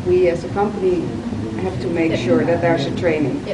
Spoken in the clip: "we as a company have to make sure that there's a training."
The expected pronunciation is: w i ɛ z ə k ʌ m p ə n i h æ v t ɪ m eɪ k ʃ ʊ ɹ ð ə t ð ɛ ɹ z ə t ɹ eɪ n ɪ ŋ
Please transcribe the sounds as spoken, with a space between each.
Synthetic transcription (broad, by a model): w i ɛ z ə k ʌ m p ə n i h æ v t ɪ m eɪ k ʃ ʊ ɹ ð ə t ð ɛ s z ə t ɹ eɪ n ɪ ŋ